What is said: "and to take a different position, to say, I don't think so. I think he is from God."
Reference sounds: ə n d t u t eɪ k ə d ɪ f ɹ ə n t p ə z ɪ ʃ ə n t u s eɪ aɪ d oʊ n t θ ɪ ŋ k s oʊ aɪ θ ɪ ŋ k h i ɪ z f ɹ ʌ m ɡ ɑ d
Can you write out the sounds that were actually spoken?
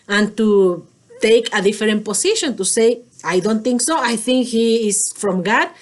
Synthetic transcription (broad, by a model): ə n t u t eɪ k ə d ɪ f ɹ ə n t p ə s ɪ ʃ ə n t u s eɪ aɪ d oʊ n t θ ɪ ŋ k s oʊ aɪ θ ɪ ŋ k h i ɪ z f ɹ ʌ m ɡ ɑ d